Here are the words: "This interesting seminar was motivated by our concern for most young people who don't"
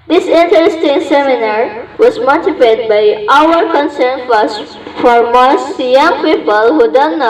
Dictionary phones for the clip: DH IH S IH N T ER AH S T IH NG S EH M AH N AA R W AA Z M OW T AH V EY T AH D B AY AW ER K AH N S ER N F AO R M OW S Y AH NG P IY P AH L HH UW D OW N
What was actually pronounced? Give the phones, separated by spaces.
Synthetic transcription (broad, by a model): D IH S IH N T ER AH S T IH NG S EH M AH N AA R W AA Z M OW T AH P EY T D B AY AW ER K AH N S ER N F AO R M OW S Y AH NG P IY P AH L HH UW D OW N